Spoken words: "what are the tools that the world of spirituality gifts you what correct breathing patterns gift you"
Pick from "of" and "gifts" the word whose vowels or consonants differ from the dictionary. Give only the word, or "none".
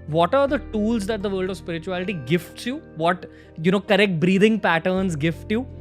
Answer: none